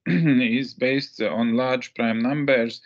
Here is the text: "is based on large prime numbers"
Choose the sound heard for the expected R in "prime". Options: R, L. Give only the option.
R